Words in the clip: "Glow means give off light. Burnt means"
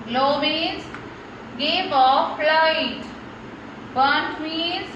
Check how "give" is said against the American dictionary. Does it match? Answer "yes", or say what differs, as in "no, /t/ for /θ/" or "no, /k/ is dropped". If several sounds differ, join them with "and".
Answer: no, /p/ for /v/